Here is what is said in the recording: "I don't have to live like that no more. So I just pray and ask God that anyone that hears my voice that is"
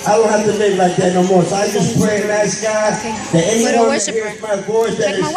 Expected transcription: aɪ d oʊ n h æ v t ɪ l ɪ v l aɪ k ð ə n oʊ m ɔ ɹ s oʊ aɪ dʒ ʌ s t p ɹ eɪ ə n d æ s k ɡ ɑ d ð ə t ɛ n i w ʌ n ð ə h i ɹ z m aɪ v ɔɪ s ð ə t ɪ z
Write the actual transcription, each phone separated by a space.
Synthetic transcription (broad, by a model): aɪ d oʊ n h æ f t ɪ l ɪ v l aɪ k ð ə n oʊ m ɔ ɹ s oʊ aɪ dʒ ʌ s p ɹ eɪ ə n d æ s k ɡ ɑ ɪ ð ə t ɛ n i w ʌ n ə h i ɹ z m aɪ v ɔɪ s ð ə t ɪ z